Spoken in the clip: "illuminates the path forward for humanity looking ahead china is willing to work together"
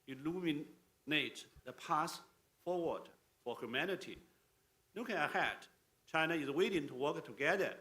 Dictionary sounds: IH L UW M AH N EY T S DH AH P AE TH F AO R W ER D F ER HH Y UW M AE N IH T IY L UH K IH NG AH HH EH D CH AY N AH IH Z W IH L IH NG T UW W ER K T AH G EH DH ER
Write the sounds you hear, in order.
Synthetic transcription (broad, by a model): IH L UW M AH N EY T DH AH P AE S F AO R W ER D F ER HH Y UW M AE N IH T IY N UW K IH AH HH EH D CH AY N AH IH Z W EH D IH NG T UW W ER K T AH G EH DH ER